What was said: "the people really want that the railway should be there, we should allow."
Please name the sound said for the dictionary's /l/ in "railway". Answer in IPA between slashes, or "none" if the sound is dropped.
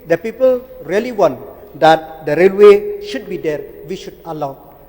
/l/